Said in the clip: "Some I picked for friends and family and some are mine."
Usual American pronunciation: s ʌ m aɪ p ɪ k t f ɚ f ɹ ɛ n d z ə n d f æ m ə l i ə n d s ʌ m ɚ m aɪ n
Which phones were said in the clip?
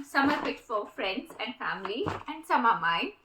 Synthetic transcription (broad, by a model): s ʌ m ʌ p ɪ t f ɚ f ɹ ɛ n d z ə n d f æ m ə l i ə n d s ʌ m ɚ m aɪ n